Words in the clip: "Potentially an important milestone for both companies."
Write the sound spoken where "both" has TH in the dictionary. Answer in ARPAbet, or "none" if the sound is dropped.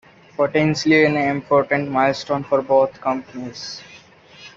T